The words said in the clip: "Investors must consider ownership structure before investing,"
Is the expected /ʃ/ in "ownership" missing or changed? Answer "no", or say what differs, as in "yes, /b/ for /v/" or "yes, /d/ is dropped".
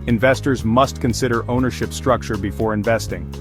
no